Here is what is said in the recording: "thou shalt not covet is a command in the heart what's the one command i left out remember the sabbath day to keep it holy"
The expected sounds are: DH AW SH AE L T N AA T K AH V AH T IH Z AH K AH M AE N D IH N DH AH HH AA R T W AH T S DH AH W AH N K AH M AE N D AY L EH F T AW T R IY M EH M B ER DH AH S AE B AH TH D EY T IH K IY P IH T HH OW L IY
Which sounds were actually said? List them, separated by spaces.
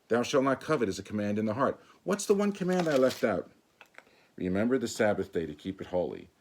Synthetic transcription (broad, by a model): DH AW SH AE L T N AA T K AH V AH T IH Z AH K AH M AE N D IH N DH AH HH AA R T W AH T S DH AH W AH N K AH M AE N D AY L EH F T AW T R IY M EH M B ER DH AH S AE B AH TH D EY T IH K IY P IH T HH OW L IY